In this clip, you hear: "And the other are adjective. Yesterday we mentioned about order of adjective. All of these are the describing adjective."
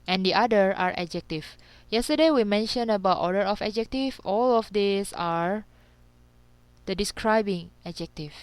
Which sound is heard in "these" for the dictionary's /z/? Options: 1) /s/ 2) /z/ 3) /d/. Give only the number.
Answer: 1